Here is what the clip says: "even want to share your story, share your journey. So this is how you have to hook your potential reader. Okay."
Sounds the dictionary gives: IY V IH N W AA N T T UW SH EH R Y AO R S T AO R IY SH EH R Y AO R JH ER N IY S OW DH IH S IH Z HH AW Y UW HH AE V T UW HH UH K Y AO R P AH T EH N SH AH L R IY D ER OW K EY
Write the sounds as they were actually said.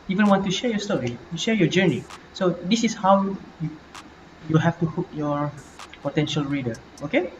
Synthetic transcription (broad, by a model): IY V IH N W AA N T T UW SH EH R Y AO S T AO R IY SH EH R Y AO JH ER N IY S OW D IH S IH S HH AW Y UW HH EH F T UW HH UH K Y AO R P AH T EH N SH AH L R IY D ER OW K EY